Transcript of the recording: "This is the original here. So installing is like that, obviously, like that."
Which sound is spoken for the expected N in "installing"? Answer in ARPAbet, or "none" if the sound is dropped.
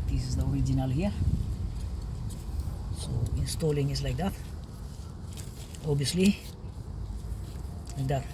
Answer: N